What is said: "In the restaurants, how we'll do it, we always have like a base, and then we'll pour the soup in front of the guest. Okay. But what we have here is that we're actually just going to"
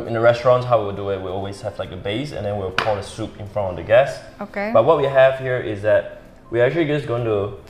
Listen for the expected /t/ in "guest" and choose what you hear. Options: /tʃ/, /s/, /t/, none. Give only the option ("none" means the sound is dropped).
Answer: none